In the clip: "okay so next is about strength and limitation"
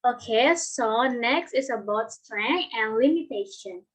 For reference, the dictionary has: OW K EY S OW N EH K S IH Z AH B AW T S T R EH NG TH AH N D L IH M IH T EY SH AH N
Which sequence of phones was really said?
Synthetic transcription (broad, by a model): OW K EY S OW N EH K S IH S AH B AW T S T R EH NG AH N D L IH M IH T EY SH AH N